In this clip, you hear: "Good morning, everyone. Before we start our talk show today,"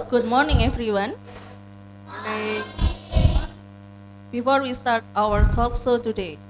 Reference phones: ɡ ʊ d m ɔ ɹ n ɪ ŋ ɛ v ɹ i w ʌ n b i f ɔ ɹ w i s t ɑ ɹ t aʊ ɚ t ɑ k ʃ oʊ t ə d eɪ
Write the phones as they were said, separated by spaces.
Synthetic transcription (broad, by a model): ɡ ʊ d m ɔ ɹ n ɪ ŋ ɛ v ɹ i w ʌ n b i f ɔ ɹ w i s t ɑ ɹ t aʊ ɚ t ɑ k s oʊ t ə d eɪ